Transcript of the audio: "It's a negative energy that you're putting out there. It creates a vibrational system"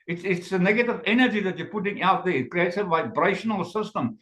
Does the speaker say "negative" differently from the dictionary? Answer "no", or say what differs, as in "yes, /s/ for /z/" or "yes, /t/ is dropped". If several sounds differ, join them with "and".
no